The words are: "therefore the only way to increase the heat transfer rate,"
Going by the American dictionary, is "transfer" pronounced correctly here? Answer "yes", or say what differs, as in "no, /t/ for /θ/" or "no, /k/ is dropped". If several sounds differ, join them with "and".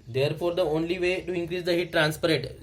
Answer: no, /p/ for /f/